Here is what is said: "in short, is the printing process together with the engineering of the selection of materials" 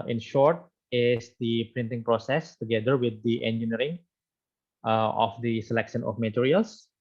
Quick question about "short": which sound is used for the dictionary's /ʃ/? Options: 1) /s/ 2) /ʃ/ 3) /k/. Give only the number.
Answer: 2